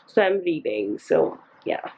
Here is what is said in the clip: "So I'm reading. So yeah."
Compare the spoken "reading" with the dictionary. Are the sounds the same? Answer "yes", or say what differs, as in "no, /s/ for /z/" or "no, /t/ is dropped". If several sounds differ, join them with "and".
no, /l/ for /ɹ/